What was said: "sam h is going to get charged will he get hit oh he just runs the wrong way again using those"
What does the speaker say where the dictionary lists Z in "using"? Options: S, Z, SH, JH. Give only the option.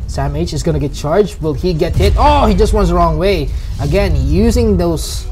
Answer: Z